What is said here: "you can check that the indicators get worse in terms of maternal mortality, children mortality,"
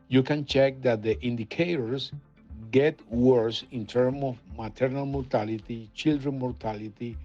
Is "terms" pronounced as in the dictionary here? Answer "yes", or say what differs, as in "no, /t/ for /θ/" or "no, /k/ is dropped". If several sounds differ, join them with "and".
no, /z/ is dropped